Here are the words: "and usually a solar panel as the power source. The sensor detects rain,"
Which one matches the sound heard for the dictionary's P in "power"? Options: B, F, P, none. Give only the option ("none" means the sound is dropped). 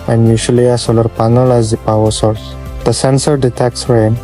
P